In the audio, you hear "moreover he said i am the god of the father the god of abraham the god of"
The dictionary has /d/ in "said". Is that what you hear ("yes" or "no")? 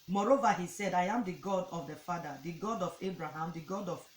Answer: yes